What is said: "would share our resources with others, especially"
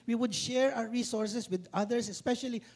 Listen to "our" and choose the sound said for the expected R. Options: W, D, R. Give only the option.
W